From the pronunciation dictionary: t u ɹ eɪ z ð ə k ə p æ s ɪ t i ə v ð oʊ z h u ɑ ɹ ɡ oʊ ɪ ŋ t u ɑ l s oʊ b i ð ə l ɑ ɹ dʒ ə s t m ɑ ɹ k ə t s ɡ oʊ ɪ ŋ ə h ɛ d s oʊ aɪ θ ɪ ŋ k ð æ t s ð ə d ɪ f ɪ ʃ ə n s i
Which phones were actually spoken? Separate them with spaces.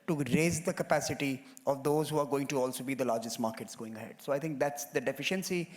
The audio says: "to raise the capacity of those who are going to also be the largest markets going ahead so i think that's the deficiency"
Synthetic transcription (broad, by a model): t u ɹ eɪ z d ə k ə p æ s ɪ t i ə v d oʊ z h u ɑ ɹ ɡ oʊ ɪ ŋ t u ɑ l s oʊ b i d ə l ɑ ɹ dʒ ə s t m ɑ ɹ k ə t s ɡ oʊ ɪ ŋ ə h ɛ d s oʊ aɪ t ɪ ŋ k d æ t s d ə d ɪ f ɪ ʃ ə n s i